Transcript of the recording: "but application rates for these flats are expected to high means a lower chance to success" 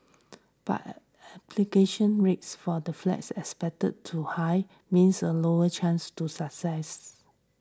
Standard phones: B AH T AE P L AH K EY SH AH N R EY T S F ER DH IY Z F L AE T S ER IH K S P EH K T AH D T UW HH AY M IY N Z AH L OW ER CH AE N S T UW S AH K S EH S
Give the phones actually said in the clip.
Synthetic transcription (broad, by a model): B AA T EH P L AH K EY SH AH N R EY T S F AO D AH F L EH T S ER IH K S P EH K T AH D T UW HH AY M IY N S AH L OW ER CH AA N S T UW S AH K S EH S